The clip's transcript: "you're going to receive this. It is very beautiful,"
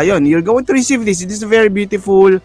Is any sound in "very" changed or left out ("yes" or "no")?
no